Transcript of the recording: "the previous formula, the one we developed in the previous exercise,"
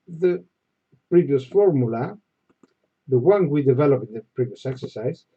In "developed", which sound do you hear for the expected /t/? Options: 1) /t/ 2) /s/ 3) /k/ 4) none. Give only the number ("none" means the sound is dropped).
4